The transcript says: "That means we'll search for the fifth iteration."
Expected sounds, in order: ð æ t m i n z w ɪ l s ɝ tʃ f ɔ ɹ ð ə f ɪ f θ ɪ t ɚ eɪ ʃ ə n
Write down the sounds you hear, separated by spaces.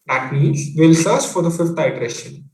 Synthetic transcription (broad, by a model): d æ t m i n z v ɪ l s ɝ s f ɔ ɹ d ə f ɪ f t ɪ t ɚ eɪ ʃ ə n